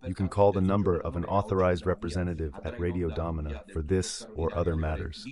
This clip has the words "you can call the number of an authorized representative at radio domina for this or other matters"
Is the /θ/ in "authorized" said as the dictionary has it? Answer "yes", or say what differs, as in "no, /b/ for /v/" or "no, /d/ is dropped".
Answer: yes